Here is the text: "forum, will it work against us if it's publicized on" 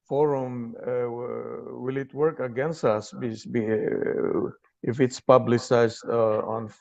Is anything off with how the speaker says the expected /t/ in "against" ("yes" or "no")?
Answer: no